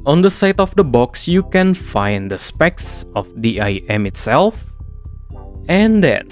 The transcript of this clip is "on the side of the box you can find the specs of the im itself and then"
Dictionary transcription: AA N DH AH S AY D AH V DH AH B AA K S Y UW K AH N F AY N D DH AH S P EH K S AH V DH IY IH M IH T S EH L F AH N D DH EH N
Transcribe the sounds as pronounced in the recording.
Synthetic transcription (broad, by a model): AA N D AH S AY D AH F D AH B AA K S Y UW K AH N F AY N D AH S P EH K S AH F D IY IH M IH T S EH L F AH N D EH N